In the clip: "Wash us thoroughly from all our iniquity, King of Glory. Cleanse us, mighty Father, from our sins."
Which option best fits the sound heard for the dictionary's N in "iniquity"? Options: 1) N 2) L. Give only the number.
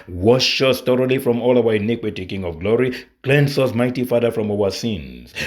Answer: 1